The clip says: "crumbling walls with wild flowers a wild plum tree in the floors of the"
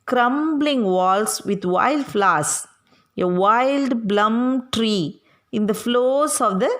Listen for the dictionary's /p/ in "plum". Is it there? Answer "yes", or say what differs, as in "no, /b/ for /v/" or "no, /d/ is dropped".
no, /b/ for /p/